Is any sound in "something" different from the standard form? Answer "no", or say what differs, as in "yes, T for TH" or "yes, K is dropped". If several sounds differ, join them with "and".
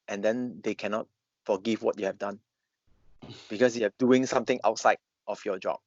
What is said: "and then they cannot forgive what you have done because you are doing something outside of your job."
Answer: yes, T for TH